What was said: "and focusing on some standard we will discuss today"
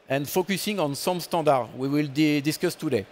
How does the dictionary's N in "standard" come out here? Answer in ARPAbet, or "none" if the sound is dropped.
none